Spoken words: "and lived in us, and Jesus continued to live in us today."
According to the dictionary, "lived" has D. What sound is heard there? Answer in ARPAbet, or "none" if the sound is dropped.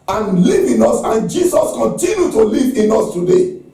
none